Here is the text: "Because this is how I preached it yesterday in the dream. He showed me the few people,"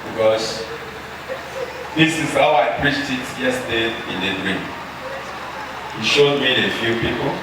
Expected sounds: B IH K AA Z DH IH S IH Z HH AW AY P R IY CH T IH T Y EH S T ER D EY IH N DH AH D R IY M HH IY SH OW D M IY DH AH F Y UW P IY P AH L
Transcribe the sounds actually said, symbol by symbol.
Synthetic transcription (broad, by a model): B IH K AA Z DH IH S IH Z HH AW AY P R IY CH T IH T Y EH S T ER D IH N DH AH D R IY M HH IY SH OW D M IY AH F Y UW P IY P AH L